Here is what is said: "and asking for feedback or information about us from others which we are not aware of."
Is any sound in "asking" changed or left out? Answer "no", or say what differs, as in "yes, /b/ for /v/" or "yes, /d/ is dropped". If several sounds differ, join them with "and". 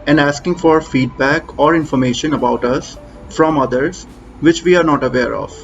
no